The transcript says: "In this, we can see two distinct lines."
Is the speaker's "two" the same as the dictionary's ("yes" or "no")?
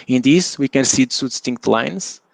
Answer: no